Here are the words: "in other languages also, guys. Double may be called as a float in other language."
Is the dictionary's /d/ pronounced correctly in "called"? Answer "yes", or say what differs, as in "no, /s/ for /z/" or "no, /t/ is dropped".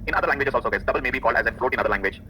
yes